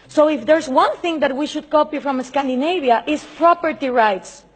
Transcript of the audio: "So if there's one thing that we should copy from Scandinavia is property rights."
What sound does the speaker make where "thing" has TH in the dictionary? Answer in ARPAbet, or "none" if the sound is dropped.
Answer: TH